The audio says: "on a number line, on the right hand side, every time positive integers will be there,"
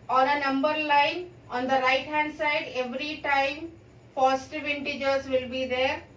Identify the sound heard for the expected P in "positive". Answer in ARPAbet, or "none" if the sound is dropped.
F